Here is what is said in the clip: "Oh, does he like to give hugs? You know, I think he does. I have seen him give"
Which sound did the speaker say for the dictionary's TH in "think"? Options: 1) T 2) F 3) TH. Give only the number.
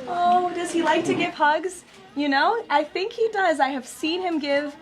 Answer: 3